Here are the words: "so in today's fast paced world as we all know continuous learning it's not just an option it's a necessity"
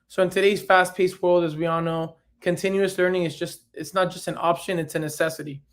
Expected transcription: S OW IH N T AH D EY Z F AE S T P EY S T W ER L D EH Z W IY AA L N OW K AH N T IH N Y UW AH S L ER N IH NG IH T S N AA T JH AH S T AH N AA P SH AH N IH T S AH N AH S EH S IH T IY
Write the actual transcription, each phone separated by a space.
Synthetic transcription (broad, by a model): S OW IH N T AH D EY Z F AE S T P EY S T W ER L D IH Z W IY AA L N OW K AH N T IH N Y UW AH S L ER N IH NG IH T S N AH T JH AH S T N AA P SH AH N IH T S AH N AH S EH S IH T IY